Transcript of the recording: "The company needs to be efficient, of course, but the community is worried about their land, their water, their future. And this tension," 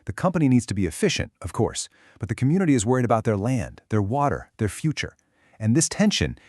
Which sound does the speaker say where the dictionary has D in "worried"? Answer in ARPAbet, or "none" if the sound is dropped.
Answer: D